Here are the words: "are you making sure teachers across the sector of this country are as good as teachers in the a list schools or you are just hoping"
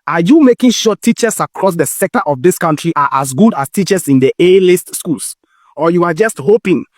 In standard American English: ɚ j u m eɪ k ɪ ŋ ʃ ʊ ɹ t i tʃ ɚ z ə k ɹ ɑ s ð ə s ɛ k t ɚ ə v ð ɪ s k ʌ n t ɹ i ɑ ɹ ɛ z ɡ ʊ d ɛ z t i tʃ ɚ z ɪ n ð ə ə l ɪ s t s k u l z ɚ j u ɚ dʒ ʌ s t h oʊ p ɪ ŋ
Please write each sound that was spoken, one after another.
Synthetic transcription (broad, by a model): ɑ j u m eɪ k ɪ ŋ ʃ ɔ t i tʃ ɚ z ə k ɹ ɑ s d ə s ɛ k t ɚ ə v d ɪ s k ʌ n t ɹ i ɑ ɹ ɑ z ɡ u d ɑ s t i tʃ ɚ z ɪ n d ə ə l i s t s k u l s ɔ j u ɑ dʒ ʌ s t h oʊ p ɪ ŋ